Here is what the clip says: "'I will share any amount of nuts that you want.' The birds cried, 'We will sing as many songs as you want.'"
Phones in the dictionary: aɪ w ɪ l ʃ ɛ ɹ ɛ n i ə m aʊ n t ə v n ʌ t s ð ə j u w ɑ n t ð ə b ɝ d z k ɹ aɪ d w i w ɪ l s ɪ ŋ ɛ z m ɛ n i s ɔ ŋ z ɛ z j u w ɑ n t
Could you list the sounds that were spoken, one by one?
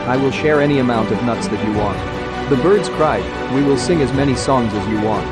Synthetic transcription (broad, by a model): aɪ w ɪ l ʃ ɛ ɹ ɛ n i ə m aʊ n t ə v n ʌ t s ð ə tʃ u w ɑ n t ð ə b ɝ d z k ɹ aɪ d w i w ɪ l s ɪ ŋ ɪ z m ɛ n i s ɔ ŋ z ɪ z j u w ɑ n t